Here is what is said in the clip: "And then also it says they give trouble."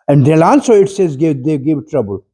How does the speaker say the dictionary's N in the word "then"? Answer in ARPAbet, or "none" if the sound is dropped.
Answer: L